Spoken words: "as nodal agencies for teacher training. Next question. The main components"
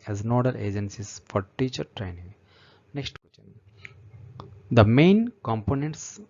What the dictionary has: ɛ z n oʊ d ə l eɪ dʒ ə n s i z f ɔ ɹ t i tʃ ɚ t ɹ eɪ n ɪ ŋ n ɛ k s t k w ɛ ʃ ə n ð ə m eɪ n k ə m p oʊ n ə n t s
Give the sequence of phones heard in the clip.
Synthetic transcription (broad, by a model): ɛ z n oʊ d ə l eɪ dʒ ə n s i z f ɔ ɹ t i tʃ ɚ t ɹ eɪ n ɪ ŋ n ɛ k s t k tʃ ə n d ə m eɪ n k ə m p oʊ n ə n t s